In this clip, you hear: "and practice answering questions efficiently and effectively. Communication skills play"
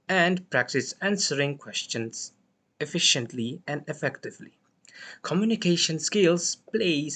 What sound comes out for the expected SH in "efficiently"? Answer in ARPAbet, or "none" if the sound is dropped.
SH